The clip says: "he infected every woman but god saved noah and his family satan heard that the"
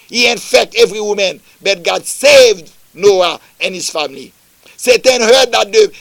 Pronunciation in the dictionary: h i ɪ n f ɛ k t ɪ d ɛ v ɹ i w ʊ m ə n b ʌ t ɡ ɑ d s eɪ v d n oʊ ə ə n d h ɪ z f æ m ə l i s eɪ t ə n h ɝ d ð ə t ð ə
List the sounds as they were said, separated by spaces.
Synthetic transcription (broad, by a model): h i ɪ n f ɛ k t ɛ v ɹ i w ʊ m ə n b ʌ t ɡ ɑ d s eɪ v d n oʊ ə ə n h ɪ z f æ m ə l i s eɪ t ə n h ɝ d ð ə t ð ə